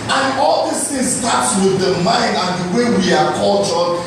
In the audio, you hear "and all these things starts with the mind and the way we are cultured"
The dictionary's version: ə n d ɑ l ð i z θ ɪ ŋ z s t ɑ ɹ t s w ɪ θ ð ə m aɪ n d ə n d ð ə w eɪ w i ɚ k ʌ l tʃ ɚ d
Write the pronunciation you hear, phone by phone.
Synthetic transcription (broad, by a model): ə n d ɑ l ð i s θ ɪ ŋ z s t ɑ t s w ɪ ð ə m aɪ n d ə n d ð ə w eɪ w i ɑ k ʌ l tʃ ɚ